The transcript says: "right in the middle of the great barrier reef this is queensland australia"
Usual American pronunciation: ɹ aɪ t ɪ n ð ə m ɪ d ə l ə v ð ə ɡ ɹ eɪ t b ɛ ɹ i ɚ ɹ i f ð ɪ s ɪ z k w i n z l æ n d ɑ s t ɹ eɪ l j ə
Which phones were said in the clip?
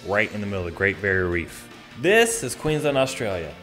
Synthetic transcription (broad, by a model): ɹ aɪ t ɪ n ð ə m ɪ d l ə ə ɡ ɹ eɪ t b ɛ ɹ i ɹ i f ð ɪ s ɪ z k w i n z ʌ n ɑ s t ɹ eɪ l j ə